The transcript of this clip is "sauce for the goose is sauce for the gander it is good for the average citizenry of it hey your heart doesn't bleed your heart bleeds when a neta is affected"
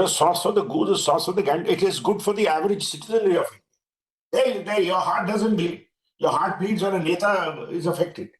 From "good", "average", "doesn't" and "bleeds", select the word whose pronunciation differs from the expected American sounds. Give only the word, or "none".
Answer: bleeds